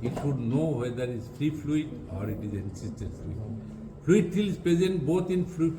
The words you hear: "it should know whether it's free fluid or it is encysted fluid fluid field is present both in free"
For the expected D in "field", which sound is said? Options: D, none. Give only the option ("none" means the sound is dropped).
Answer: none